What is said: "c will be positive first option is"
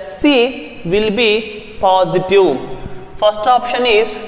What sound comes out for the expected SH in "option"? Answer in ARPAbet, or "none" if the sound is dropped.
SH